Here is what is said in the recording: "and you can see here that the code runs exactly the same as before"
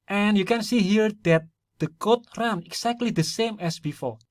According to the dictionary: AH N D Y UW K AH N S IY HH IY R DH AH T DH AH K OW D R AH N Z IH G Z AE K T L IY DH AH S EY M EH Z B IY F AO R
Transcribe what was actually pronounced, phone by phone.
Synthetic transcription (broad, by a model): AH N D Y UW K AH N S IY HH IY R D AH T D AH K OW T R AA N IH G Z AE K T L IY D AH S EY M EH S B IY F AO R